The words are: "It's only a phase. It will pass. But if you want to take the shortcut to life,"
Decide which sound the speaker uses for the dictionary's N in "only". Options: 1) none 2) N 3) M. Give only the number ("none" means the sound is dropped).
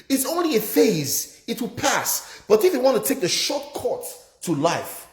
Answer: 2